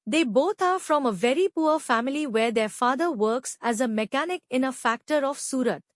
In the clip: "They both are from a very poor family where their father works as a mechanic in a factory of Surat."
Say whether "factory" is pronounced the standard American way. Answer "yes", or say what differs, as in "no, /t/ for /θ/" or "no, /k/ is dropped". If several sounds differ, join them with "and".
yes